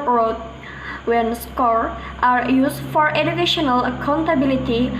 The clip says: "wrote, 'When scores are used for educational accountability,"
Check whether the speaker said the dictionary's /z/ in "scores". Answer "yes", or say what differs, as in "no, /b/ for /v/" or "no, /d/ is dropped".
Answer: no, /z/ is dropped